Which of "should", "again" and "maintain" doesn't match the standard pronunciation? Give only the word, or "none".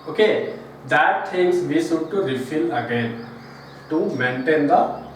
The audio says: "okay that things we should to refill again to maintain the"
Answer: should